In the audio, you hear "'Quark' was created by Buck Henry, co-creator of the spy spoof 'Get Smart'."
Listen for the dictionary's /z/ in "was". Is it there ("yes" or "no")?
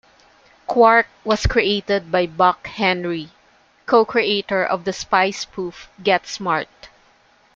no